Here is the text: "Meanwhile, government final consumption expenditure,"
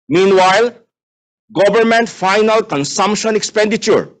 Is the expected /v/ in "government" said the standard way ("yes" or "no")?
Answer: no